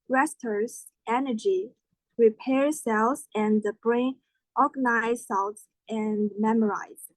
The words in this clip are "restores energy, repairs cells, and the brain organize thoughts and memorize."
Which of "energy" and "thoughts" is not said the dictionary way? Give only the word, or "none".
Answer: thoughts